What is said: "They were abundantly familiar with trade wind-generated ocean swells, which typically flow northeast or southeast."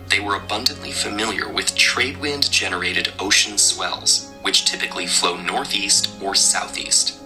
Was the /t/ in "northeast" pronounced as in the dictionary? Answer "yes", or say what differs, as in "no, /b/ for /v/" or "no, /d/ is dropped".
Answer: yes